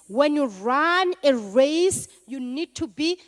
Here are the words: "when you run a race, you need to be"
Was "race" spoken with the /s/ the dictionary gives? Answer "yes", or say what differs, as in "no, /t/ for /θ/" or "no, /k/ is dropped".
yes